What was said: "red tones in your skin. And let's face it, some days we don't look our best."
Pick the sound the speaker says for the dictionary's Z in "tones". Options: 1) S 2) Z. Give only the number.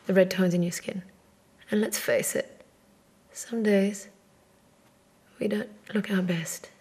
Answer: 2